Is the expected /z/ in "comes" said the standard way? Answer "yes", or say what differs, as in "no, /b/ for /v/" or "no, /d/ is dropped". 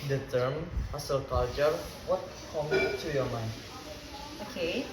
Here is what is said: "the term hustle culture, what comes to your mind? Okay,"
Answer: no, /z/ is dropped